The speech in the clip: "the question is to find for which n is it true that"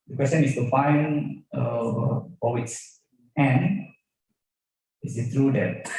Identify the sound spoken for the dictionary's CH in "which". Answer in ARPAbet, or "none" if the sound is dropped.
S